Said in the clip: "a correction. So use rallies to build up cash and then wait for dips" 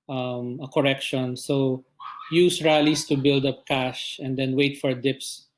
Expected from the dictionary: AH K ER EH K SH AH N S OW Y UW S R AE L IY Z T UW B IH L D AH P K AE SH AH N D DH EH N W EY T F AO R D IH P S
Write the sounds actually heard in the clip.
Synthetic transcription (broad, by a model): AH K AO EH K SH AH N S OW Y UW S R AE L IY S T UW B IH L D AH P K AE SH AH N D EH N W EY T F AO R D IH P S